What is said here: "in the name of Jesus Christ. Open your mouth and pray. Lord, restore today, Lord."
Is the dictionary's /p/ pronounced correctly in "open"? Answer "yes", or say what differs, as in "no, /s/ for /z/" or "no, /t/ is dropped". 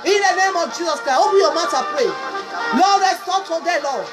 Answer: no, /b/ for /p/